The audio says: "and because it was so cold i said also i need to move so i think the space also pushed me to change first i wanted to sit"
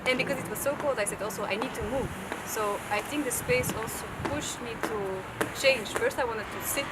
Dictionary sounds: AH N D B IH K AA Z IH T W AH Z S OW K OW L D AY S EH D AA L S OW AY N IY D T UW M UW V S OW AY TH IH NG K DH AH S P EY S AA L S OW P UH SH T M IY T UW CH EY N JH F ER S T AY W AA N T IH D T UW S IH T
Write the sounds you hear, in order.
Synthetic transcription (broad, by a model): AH N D B IH K AA Z IH T W AH Z S OW K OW L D AY S EH D AA L S OW AY N IY D T UW M UW V S OW AY TH IH NG K DH AH S P EY S AA L S OW P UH SH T M IY T UW CH EY N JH F ER S T AY W AA N T IH D T UW S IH T